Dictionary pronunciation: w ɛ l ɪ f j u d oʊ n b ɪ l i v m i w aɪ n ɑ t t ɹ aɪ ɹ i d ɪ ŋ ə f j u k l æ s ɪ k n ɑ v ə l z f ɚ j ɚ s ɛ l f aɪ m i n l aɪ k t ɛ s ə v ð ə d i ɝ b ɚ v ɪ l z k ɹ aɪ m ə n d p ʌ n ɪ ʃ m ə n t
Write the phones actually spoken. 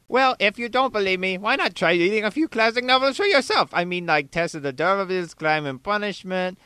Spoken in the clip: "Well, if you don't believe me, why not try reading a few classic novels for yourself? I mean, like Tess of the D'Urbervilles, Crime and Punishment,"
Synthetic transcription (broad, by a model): w ɛ l ɪ f j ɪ d oʊ n b ɪ l i v m i w aɪ n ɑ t t ɹ aɪ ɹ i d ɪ ŋ ə f j u k l æ s ɪ k n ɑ v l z f ɚ j ɚ s ɛ l f aɪ m i n l aɪ k t ɛ s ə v ð ə d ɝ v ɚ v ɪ z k l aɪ m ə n p ʌ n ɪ ʃ m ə n t